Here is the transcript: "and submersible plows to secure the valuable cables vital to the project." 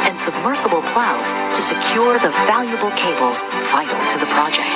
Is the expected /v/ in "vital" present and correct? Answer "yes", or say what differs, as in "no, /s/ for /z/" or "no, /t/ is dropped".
no, /f/ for /v/